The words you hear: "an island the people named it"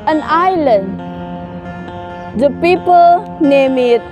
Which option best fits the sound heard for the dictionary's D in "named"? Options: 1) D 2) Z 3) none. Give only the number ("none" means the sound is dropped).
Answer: 3